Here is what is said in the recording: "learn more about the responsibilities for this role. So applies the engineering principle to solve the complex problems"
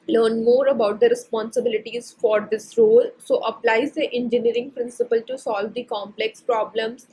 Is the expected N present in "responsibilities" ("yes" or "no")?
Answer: yes